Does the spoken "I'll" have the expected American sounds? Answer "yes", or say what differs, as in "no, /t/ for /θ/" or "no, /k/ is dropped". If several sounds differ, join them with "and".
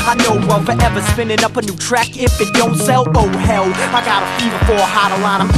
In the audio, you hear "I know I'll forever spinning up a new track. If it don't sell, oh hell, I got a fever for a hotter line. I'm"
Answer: no, /w/ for /l/